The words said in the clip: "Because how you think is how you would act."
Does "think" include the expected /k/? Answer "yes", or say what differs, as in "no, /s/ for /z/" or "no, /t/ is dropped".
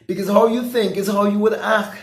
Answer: yes